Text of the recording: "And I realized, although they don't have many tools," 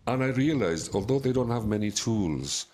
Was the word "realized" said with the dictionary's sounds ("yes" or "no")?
yes